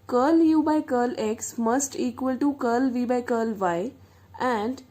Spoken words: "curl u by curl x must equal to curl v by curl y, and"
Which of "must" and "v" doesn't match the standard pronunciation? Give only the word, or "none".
none